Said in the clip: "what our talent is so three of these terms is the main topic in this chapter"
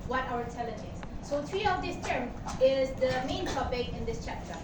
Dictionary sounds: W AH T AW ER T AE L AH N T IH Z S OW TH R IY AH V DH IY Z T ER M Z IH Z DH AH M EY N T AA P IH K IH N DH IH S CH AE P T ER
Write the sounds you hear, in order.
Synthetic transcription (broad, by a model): W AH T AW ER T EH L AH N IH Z S OW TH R IY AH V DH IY S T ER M IH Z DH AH M EY N T AA P IH K IH N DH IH S CH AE P T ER